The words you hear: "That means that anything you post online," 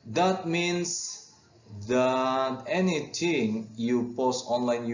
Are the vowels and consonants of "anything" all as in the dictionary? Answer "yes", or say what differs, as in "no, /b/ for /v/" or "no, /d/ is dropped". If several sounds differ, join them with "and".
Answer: no, /t/ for /θ/